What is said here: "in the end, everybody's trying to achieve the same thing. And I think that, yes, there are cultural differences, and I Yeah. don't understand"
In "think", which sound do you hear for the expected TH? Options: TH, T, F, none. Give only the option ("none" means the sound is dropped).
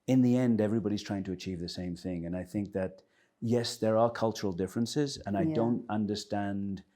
TH